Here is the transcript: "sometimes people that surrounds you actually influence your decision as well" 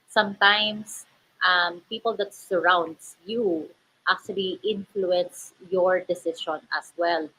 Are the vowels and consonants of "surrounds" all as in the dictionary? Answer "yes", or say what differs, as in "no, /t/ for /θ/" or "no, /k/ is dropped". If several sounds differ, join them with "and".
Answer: no, /s/ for /z/